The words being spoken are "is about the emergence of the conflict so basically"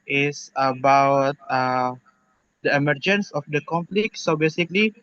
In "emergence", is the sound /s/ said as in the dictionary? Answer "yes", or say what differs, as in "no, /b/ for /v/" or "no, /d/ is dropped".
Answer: yes